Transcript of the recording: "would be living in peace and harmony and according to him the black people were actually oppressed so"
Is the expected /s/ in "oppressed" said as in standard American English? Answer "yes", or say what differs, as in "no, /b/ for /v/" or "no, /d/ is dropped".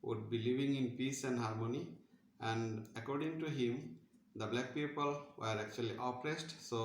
yes